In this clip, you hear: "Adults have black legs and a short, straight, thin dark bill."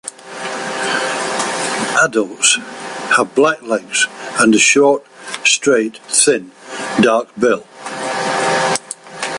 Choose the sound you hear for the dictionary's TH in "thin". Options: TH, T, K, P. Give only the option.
TH